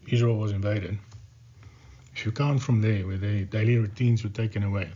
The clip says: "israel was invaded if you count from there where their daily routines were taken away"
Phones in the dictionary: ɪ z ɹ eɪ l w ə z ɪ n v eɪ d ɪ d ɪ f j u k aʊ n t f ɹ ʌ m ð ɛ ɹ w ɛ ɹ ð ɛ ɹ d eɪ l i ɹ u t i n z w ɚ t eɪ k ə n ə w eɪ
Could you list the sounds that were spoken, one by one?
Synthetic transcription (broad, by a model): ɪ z ɹ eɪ l w ə z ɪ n v eɪ d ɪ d ɪ f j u k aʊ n f ɹ ʌ m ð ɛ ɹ w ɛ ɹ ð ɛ d eɪ l i ɹ u t i n z w ɚ t eɪ k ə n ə w eɪ